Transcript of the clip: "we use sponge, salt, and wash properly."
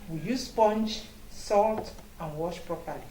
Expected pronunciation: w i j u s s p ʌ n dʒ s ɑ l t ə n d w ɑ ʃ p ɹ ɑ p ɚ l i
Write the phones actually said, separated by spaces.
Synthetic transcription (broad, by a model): w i j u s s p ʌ n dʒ s ɑ l t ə n w ɑ ʃ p ɹ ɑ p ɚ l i